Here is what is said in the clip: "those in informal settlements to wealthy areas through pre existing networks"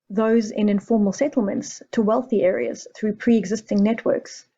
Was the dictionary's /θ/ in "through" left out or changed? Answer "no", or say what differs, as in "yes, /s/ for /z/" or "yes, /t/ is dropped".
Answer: no